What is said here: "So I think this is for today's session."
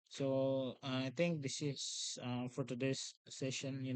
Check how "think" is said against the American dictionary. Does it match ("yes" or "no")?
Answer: no